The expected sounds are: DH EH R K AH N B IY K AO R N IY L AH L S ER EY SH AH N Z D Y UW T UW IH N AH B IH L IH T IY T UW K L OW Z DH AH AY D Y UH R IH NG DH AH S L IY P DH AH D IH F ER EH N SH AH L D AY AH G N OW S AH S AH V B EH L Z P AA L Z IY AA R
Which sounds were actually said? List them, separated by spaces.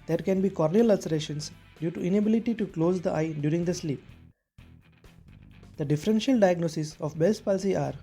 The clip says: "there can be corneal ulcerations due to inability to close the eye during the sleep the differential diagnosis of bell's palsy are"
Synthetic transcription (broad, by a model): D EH R K AH N B IY K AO R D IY L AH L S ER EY SH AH N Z D Y UW T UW IH N AH B IH L IH T IY T UW K L OW Z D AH AY D Y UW R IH NG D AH S L IY P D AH D IH F ER EH N SH AH L D AY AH G N OW S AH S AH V B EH L S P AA L S IY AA R